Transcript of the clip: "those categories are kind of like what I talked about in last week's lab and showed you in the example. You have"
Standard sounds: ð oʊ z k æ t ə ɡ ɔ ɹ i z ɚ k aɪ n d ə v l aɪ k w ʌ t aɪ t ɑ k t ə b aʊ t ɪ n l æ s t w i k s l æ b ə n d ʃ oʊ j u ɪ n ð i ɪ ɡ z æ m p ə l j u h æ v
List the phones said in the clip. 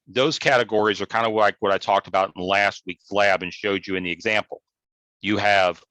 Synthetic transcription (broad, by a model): ð oʊ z k æ t ə ɡ ɔ ɹ i z ɚ k aɪ n d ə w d aɪ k w ʌ t aɪ t ɑ k t ə b aʊ t n l æ s t w i k s l æ b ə n ʃ oʊ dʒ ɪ ɪ n ð i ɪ ɡ z æ m p l j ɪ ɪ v